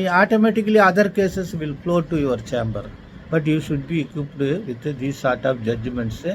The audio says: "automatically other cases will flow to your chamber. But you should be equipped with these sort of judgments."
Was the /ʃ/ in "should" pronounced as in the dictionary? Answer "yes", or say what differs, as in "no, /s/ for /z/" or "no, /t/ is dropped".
yes